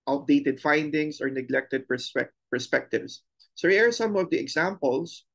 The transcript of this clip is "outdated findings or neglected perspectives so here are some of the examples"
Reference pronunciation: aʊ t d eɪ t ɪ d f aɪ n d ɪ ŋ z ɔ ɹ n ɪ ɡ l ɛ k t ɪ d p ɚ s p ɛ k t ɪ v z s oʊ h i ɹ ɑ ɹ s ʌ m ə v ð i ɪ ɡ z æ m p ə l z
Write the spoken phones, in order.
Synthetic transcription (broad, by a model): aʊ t d eɪ t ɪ d f aɪ n d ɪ ŋ s ɔ ɹ n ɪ ɡ l ɛ k t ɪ d p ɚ s p ɛ k t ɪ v s oʊ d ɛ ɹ ɑ ɹ s ʌ m ə v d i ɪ ɡ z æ m p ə l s